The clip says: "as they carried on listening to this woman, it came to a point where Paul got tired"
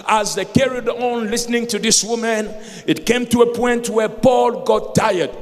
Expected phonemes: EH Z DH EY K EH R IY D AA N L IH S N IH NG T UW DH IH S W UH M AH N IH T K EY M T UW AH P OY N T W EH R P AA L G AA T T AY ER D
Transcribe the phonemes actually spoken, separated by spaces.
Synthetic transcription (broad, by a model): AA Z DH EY K EH R IY D AA N L IH S N IH NG T UW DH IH S W UH M AH N IH T K EY M T UW AH P OY N T W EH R P AA L G AA T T AY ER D